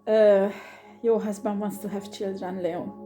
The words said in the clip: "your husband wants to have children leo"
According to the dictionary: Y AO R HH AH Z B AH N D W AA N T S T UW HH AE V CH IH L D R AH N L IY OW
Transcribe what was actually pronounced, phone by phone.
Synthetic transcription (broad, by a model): Y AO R HH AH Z B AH N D W AA N T S T UW HH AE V CH IH L D R AH N L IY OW